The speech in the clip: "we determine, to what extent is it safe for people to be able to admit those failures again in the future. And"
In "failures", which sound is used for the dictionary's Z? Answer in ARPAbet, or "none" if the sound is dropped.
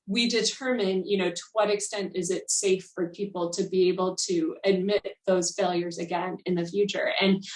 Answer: Z